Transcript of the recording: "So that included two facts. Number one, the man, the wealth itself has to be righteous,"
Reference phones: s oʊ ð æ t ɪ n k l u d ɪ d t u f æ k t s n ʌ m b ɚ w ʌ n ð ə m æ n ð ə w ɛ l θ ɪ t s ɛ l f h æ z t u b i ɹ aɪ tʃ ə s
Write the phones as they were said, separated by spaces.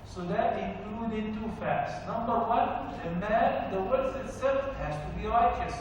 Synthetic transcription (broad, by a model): s oʊ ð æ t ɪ k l u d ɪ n t u f æ k t s n ʌ m b ɚ w ʌ n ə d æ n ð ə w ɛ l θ ɪ t s ɛ l f h æ z t u b i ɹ aɪ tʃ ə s